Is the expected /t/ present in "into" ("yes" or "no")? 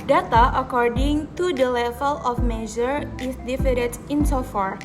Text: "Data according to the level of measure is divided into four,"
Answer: no